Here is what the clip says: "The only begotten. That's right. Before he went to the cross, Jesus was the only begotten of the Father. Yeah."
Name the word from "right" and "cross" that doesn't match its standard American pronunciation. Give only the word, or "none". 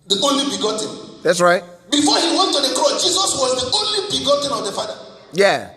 none